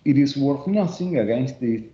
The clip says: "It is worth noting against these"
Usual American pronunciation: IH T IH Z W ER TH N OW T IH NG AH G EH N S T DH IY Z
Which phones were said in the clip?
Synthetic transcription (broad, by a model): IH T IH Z W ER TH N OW S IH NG AH G EH N S T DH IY